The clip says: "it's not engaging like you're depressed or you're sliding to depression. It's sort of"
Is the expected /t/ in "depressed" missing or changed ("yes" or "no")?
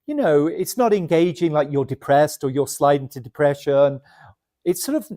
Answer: no